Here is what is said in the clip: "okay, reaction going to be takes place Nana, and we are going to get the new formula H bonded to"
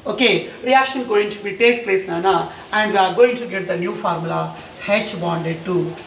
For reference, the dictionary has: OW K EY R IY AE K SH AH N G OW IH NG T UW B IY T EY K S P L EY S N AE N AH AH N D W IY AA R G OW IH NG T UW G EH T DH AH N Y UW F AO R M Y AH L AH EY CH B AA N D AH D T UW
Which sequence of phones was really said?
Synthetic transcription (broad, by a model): OW K EY R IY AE K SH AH N G OW IH NG T UW B IY T EY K P L EY S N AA N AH AH N D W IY AA R G OW IH NG T UW G EH T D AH N Y UW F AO R M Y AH L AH EY CH B AA N D AH D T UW